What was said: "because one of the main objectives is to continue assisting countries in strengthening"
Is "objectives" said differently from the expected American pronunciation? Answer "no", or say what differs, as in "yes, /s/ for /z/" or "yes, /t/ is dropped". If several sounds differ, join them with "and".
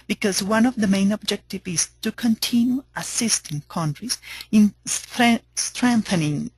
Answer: yes, /z/ is dropped